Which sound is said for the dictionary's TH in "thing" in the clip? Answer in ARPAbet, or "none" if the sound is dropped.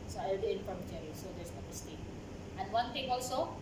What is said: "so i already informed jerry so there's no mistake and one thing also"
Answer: T